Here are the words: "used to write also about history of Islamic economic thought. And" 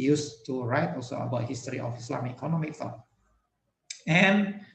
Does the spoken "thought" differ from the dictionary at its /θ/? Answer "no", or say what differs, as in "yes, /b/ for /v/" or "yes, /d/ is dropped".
yes, /f/ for /θ/